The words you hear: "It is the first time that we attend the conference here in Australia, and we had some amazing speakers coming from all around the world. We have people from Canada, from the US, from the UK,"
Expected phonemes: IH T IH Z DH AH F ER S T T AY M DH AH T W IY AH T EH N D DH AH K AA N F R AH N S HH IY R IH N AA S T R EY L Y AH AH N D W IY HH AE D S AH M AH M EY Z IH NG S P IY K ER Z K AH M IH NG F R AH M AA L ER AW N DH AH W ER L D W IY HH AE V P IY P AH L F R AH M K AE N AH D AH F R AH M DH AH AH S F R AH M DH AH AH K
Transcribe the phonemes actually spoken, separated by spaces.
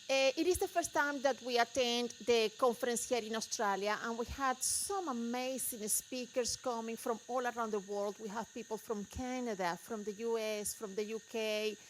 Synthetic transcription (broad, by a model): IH T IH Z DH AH F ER S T T AY M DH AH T W IY AH T EH N D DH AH K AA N F R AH N S HH IY R IH N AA S T R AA L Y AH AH N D W IY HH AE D S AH M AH M EY S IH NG S P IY K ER S K AH M IH NG F R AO M AA L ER AW N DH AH W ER L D W IY HH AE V P IY P AH L F R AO M K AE N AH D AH F R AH M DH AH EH S F R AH M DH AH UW K